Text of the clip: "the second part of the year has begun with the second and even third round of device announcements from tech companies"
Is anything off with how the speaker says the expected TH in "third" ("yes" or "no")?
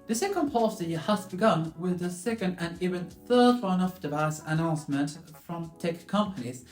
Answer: no